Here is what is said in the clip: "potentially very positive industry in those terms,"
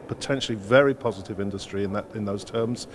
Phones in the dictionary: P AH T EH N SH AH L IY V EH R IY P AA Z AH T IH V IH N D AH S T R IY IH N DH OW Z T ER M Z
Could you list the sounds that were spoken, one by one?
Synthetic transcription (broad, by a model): P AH T EH N SH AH L IY V EH R IY P AA Z AH T IH V IH N D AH S T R IY IH N DH OW Z T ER M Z